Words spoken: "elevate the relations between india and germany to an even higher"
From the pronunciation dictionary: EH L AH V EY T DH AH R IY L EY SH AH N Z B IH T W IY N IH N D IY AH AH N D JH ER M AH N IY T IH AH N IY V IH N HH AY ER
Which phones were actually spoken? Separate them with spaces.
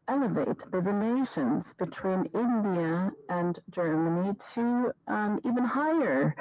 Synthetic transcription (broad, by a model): EH L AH V EY T DH AH R IY L EY SH AH N Z B IH T W IY N IH N D IY AH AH N JH ER M AH N IY T IH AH IY V IH N HH AY ER